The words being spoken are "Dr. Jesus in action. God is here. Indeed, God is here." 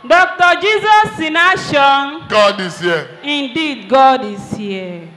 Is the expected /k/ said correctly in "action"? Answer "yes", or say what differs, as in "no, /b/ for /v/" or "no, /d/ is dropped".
no, /k/ is dropped